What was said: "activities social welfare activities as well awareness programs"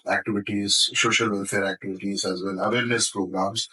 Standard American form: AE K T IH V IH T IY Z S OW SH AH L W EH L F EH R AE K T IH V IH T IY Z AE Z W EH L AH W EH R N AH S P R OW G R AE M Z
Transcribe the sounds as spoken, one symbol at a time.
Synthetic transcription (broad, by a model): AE K T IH V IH T IY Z S OW SH AH L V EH L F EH R AE K T IH V IH T IY Z AE Z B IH N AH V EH R N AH S P R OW G R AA M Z